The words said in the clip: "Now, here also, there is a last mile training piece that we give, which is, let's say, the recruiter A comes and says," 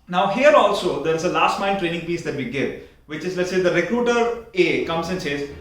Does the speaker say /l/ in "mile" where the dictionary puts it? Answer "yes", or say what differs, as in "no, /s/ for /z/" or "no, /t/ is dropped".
no, /n/ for /l/